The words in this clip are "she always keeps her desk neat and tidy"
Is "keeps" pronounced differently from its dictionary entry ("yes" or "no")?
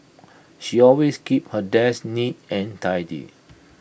yes